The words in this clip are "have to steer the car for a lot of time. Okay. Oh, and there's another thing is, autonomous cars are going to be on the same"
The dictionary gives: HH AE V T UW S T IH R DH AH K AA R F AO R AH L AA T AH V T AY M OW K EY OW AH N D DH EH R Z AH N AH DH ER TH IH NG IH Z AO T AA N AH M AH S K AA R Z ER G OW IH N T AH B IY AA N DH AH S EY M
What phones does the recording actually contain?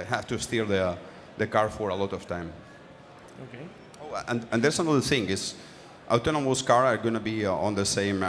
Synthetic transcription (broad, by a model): HH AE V T UW S T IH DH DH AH K AA R F AO R AH L AA T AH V T AY M OW K EY OW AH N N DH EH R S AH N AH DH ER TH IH NG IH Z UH T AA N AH M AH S K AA R ER G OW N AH B IY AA N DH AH S EY M